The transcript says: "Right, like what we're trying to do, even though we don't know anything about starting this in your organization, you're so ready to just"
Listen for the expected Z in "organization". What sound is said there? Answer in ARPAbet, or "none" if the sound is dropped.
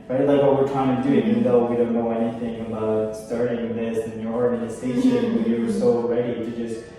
S